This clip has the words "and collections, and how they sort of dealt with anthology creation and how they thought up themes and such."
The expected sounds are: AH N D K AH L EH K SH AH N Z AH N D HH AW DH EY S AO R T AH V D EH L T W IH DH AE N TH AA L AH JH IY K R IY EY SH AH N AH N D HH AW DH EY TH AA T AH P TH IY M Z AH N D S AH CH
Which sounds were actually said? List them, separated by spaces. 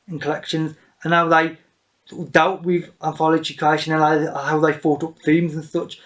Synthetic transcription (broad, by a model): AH N K AH L EH K SH AH N Z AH N HH AW DH EY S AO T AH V D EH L T W IH DH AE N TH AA L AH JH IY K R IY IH SH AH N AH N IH HH AW DH EY F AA T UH P TH IY M Z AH N S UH CH